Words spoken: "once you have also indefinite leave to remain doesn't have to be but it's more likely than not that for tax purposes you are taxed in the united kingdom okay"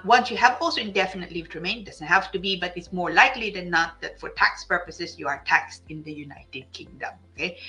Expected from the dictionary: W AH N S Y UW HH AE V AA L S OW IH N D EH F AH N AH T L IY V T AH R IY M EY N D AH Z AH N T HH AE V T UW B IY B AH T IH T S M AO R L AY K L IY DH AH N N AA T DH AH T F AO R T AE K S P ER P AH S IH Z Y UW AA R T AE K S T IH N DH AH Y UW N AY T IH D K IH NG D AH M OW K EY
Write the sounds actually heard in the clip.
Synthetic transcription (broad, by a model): W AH N S Y UW HH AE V AA L S OW IH N D EH F AH N AH T L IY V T R IY M EY N D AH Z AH N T HH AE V T UW B IY B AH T IH T S M AO R L AY K L IY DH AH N N AA T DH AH T F AO R T AE K S P ER P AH S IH S Y UW AA R T AE K S T IH N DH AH Y UW N AY T IH D K IH NG D AH M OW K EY